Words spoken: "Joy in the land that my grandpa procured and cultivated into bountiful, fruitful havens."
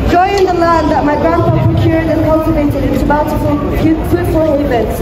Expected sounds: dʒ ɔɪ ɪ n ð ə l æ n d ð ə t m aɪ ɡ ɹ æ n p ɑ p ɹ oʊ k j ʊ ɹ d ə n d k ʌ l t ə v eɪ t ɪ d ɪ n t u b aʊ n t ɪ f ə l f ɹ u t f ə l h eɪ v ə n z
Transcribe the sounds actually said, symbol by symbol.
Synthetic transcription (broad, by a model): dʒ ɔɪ ɪ n ð ə l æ n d ð ə t m aɪ ɡ ɹ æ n f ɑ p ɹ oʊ k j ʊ ɹ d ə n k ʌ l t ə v eɪ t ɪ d ɪ n t u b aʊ l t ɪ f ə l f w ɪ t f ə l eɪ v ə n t